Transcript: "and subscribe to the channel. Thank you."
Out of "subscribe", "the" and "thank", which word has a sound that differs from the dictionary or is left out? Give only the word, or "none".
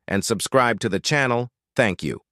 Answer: none